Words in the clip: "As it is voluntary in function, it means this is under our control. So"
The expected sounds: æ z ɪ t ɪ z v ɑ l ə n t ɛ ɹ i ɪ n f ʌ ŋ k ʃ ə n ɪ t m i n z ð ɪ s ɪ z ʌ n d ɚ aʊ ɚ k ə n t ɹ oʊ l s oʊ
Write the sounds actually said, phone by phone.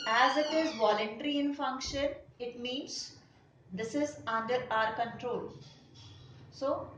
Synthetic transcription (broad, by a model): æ z ɪ t ɪ z v ɑ l ə n t ɛ ɹ i ɪ n f ʌ ŋ k ʃ ə n ɪ t m i n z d ɪ s ɪ z ʌ n d ɚ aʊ ɚ k ə n t ɹ oʊ l s oʊ